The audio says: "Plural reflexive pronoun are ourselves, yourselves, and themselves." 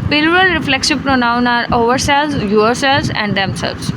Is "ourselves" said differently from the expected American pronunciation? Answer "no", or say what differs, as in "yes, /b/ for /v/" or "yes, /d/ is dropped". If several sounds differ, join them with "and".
yes, /v/ is dropped